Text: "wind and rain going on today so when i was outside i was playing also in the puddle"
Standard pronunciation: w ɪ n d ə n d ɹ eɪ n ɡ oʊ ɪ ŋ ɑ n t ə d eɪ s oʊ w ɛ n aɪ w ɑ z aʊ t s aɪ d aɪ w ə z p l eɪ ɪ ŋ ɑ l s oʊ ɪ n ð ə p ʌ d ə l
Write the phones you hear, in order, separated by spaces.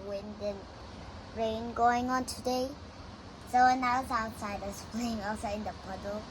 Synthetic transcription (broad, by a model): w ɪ n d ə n ɹ eɪ n ɡ oʊ ɪ ŋ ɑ n t ə d eɪ s oʊ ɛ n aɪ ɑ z aʊ t s aɪ d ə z p l eɪ ɪ ŋ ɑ s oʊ ɪ n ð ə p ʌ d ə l